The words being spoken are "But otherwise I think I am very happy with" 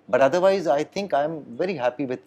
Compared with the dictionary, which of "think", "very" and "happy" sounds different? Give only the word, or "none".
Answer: think